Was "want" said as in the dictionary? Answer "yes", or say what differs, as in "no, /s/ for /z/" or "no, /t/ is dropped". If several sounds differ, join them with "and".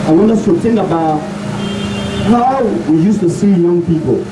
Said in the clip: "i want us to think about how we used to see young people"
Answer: no, /t/ is dropped